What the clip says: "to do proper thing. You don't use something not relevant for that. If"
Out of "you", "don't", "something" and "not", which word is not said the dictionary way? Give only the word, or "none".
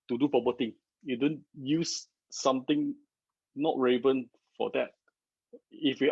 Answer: something